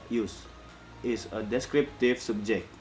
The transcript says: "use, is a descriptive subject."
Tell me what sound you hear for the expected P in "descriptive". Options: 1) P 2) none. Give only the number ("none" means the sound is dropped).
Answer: 1